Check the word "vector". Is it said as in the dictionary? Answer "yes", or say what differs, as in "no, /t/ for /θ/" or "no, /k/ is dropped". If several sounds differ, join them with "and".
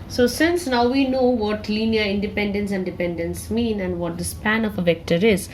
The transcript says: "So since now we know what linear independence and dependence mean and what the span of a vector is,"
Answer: yes